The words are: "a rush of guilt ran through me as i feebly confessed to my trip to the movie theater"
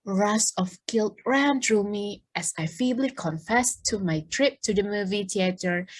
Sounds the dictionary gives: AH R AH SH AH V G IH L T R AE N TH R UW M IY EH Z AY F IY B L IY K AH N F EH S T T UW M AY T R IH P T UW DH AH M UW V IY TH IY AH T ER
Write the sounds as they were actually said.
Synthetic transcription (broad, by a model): R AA S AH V G IH L T R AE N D R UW M IY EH S AY F IY B L IY K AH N F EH S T T UW M AY T R IH P T UW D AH M UW V IY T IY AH T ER